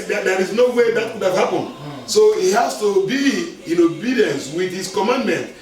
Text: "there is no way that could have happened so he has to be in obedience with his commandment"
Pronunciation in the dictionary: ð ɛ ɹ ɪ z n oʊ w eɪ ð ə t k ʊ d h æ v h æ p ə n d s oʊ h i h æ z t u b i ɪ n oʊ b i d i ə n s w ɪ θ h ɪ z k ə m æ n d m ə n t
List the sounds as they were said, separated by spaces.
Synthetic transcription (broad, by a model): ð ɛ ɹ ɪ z n oʊ w eɪ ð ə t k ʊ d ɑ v h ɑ p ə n s oʊ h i h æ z t u b i ɪ n oʊ b i d i ə n s w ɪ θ h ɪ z k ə m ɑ n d m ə n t